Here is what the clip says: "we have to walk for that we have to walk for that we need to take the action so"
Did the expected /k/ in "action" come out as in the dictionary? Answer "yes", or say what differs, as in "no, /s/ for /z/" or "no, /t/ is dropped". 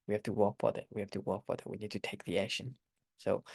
no, /k/ is dropped